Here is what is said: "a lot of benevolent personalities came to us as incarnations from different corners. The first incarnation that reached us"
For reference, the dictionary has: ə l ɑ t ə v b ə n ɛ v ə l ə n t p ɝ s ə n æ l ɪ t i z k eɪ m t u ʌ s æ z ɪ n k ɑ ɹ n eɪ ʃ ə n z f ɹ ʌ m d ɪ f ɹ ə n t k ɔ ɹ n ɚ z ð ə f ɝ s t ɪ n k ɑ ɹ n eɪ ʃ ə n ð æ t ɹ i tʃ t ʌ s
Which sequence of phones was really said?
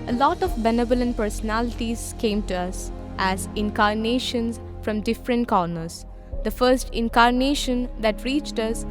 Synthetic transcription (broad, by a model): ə l ɑ t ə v b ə n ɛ b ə l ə n p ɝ s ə n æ l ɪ t i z k eɪ m t u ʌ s æ z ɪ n k ɑ ɹ n eɪ ʃ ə n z f ɹ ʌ m d ɪ f ɹ ə n t k ɔ ɹ n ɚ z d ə f ɝ s t ɪ n k ɑ ɹ n eɪ ʃ ə n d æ t ɹ i tʃ t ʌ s